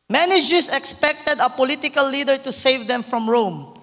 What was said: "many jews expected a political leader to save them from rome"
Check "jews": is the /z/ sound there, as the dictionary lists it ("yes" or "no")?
no